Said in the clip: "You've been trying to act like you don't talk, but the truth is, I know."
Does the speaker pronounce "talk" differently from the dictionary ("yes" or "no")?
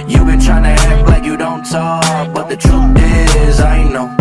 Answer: yes